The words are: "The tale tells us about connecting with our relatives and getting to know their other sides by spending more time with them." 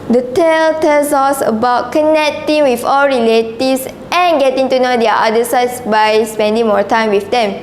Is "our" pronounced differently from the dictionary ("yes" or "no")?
yes